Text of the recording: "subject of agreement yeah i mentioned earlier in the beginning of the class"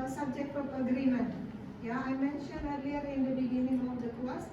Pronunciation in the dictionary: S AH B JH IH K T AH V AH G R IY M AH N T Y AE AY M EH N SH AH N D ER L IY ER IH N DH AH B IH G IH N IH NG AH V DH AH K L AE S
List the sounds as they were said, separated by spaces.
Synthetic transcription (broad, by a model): S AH B JH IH K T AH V AH G R IY M AH N T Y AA AY M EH N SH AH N ER L IY ER IH N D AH B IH G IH N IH NG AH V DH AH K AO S